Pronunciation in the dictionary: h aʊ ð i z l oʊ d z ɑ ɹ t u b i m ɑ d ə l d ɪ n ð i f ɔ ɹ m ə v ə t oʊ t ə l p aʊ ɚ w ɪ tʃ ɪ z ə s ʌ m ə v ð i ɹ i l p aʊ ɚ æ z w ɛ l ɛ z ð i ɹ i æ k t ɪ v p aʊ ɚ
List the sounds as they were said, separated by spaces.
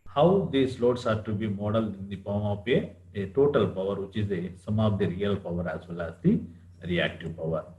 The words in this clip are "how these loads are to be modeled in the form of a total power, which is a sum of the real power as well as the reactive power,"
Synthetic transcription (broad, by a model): h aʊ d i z l oʊ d s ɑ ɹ t u b i m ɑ d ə l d ɪ n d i p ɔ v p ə ə t oʊ t ə l p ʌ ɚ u tʃ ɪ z ə s ʌ m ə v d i ɹ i l p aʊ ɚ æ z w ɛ l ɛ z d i ɹ i æ k t ɪ v p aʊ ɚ